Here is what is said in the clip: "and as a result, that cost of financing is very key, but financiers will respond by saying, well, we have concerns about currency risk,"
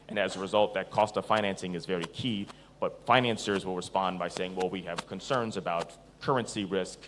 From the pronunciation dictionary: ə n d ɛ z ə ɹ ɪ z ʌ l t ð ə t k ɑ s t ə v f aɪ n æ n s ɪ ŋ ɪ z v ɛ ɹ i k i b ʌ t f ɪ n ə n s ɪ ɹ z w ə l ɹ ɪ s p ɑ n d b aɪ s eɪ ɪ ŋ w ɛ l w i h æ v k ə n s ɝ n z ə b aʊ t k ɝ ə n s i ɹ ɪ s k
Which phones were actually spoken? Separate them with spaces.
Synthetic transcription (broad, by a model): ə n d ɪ z ə ɹ ɪ z ʌ l t ð ə t k ɑ s t ə v f aɪ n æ n s ɪ ŋ ɪ z v ɛ ɹ i k i b ʌ t f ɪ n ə n s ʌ ɹ z w ə l ɹ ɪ s p ɑ n b aɪ s eɪ ɪ ŋ w ɛ l w i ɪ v k ə n s ɝ n z ə b aʊ t k ɝ ə n s i ɹ ɪ s k